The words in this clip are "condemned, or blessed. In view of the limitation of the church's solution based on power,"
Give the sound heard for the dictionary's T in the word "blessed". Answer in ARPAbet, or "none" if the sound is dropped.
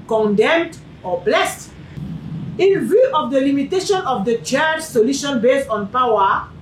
T